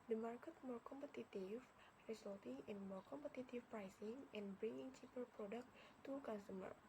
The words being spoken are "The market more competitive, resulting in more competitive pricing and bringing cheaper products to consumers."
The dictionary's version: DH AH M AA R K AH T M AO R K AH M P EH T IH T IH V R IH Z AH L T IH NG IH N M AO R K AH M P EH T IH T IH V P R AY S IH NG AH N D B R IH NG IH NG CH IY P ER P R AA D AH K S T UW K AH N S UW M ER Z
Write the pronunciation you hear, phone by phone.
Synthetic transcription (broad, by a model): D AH M AA R K AH T M AO R K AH M P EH T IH T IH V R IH S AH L T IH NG IH N M AO R K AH M P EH T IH T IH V P R AY S IH NG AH N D B R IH NG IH NG CH IY P ER P R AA D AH K T UW K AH N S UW M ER